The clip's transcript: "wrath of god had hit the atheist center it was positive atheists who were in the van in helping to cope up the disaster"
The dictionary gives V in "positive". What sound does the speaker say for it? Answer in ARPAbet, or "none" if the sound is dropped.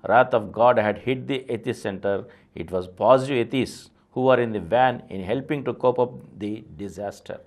none